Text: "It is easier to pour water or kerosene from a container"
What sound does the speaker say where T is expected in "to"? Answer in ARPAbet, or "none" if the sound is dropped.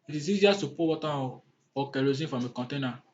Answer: S